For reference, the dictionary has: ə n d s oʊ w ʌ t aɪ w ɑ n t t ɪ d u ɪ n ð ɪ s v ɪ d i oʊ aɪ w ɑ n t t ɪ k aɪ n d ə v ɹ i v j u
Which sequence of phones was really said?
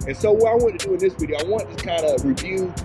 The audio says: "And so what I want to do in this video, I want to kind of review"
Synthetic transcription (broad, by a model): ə n s oʊ w ʌ t aɪ w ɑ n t t ɪ d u ɪ n ð ɪ s b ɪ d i aɪ w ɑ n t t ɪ k aɪ n d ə ɹ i v j u